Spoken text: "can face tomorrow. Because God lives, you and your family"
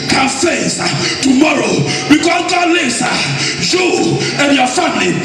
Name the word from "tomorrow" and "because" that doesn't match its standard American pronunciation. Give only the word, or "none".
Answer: because